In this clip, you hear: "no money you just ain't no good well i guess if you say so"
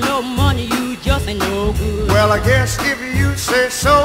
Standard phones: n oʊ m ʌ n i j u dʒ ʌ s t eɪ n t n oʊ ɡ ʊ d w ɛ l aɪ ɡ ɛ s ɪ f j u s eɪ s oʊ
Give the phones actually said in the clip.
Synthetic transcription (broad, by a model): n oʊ m ʌ n i j u dʒ ʌ s t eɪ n n oʊ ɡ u w ɛ l aɪ ɡ ɛ s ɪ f j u s eɪ s oʊ